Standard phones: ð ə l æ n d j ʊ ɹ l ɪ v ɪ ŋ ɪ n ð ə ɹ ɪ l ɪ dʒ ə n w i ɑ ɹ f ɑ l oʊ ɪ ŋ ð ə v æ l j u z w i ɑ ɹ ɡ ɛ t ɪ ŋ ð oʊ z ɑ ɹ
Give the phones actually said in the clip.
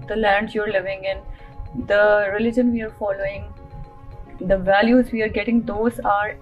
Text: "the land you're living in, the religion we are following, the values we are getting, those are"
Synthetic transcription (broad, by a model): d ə l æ n d j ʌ ɹ l ɪ v ɪ ŋ ɪ n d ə ɹ ɪ l ɪ dʒ ə n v i ɑ ɹ f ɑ l oʊ ɪ ŋ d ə v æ l j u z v i ɑ ɹ ɡ ɛ t ɪ ŋ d oʊ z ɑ ɹ